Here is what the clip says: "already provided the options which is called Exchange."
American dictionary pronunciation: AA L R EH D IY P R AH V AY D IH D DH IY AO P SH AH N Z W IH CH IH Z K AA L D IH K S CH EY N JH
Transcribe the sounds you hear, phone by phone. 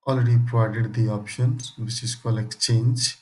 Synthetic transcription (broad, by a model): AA L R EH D IY P R AH V AY D IH D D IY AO P SH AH N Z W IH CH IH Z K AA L IH K S CH EY N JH